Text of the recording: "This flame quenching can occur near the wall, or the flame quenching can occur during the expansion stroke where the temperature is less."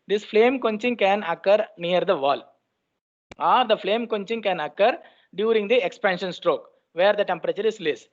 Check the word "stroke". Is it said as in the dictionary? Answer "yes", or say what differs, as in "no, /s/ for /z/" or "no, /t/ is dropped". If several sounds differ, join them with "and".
yes